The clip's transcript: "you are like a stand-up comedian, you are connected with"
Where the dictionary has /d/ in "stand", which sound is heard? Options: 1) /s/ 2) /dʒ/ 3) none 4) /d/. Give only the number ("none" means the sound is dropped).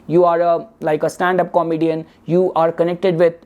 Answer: 4